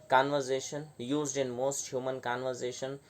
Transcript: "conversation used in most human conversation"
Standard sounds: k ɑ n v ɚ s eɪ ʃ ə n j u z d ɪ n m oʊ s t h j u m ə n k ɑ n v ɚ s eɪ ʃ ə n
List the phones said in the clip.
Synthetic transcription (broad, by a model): k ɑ n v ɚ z eɪ ʃ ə n j u z d ɪ n m oʊ s t h j u m ə n k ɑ n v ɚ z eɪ ʃ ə n